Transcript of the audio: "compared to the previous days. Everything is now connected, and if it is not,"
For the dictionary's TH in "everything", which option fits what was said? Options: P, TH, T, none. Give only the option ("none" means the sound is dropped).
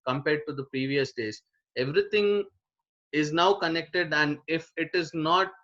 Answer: T